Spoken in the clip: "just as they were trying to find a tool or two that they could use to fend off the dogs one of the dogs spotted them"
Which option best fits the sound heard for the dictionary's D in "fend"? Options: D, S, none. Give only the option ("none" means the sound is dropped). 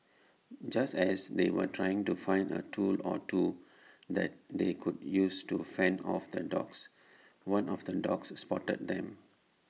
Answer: none